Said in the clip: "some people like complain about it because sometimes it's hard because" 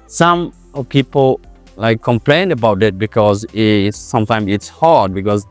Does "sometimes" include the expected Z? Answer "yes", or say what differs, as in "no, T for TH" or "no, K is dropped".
no, Z is dropped